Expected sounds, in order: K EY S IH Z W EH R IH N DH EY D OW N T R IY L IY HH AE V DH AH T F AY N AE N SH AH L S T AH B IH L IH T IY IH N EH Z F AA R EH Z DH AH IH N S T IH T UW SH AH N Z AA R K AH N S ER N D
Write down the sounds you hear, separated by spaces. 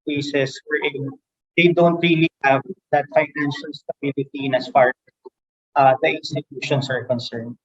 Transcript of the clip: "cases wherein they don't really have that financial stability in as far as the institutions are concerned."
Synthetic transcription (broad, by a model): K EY S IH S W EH R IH N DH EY D OW N T R IY L IY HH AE V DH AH T F AY N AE N SH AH L S T AH B IH L IH T IY IH N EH S F AA R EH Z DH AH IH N S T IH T UW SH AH N S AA R K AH N S ER N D